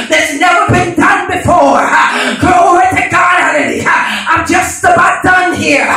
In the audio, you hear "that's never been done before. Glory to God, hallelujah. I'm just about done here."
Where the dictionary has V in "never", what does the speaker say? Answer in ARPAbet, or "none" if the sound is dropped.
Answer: V